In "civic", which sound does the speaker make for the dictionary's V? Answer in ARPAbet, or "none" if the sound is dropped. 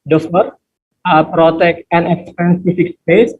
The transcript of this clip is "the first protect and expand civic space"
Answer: F